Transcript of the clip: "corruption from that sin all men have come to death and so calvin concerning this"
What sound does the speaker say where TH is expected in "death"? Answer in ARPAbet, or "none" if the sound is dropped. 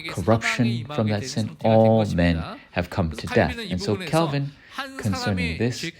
TH